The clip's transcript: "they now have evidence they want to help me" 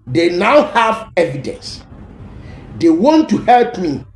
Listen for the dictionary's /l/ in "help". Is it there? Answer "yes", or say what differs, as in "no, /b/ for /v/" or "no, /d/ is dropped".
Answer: yes